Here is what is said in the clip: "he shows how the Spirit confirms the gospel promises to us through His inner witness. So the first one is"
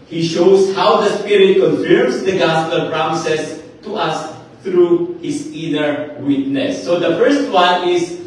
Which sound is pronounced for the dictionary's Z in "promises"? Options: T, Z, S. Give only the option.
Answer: S